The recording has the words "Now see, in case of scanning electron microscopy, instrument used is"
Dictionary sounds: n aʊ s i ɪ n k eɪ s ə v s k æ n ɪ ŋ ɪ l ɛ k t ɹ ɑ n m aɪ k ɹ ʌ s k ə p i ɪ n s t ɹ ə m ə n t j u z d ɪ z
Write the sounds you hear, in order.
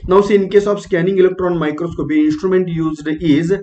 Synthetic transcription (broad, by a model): n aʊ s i ɪ n k eɪ s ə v s k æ n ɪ ŋ ɪ l ɛ k t ɹ ɑ n m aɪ k ɹ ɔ s k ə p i ɪ n s t ɹ ə m ə n t j u z d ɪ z